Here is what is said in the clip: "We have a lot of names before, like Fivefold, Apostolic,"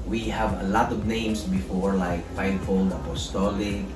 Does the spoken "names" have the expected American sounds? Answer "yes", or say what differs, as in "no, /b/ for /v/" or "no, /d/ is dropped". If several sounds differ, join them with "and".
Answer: no, /s/ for /z/